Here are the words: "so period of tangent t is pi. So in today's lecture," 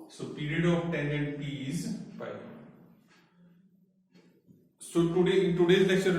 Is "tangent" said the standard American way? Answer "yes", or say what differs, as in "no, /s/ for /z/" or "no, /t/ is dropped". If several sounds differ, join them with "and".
no, /dʒ/ is dropped